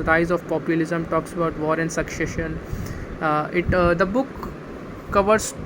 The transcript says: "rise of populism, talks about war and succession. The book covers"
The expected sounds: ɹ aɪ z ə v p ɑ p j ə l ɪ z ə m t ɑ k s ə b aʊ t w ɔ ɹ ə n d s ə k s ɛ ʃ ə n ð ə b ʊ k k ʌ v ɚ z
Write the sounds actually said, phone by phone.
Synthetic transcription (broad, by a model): ɹ aɪ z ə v p ɑ p j ə l ɪ z ə m t ɑ k s ə b aʊ t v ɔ ɹ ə n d s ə k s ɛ ʃ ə n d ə b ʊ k k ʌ v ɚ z